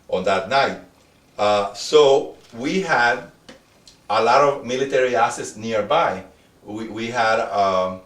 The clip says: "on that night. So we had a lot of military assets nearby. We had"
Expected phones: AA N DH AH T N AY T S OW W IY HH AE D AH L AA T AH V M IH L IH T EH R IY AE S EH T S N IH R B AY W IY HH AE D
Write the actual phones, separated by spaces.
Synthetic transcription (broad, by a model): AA N DH AH T N AY T S OW W IY HH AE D AH L AA T AH V M IH L IH T EH R IY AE S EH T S N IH R B AY W IY HH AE D